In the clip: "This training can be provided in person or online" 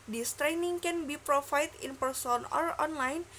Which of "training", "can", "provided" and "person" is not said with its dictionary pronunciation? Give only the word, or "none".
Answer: provided